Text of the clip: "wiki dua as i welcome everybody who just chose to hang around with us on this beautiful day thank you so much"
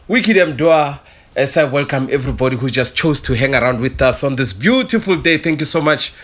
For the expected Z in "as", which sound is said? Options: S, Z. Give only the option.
S